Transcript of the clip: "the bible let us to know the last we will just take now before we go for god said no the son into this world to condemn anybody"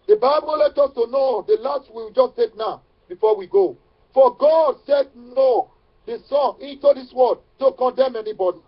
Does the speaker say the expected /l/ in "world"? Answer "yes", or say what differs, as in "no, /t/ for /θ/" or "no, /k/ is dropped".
no, /l/ is dropped